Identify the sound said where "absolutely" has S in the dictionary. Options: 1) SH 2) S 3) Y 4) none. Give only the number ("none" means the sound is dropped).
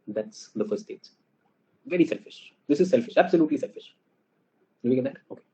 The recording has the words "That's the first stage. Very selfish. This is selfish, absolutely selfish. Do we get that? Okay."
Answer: 2